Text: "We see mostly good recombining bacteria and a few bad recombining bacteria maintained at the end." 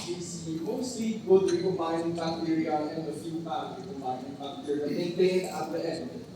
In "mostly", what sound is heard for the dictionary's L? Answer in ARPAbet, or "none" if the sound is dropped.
none